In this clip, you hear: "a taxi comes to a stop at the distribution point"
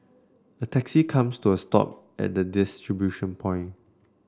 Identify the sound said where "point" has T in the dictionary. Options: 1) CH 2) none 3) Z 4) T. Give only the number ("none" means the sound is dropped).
2